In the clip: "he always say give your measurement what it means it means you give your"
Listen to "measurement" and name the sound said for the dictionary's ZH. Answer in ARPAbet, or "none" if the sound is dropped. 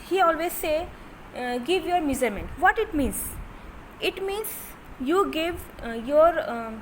Z